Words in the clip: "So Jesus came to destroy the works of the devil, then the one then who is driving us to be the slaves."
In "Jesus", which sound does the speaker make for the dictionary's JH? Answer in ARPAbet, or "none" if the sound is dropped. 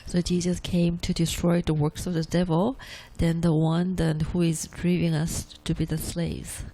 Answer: JH